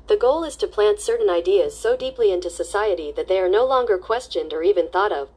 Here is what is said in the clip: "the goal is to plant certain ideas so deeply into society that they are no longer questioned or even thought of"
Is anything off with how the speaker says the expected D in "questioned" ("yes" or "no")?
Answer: no